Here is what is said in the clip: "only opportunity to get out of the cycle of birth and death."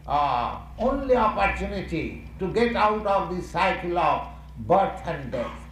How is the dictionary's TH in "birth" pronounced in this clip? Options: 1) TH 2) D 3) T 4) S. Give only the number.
3